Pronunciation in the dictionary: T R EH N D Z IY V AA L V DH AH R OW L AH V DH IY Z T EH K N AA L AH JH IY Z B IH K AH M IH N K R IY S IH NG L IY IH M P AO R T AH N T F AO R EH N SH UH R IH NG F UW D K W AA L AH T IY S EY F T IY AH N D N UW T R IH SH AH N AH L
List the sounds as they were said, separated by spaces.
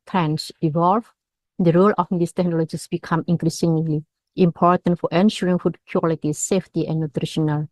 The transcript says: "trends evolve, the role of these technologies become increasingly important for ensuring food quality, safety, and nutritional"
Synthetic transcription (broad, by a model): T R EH N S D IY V AA L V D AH R OW L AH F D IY S T EH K N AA L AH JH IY S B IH K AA M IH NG K R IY S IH NG L IY IH M P AO R T AH N T F AO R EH N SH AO R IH NG F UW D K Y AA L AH T IY S EY F T IY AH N N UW T R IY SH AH N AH L